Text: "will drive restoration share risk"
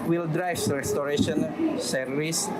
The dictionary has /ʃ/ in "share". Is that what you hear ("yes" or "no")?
no